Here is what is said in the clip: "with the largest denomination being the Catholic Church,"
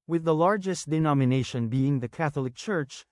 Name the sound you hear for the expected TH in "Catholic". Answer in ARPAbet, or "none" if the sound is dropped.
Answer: TH